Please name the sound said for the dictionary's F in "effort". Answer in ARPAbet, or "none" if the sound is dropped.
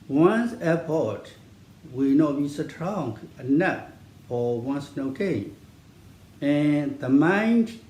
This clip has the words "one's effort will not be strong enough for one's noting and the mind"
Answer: P